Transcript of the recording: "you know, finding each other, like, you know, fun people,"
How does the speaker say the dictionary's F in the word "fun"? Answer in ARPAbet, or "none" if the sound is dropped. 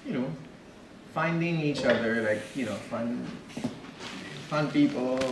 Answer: F